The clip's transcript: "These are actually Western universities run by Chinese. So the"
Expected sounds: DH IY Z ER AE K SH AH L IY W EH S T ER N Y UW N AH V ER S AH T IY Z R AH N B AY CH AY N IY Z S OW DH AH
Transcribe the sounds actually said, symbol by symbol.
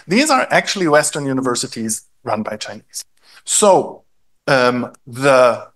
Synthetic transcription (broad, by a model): DH IY Z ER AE K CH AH L IY W EH S T ER N Y UW N AH V ER S AH T IY Z R AH N B AY CH AY N IY Z S OW DH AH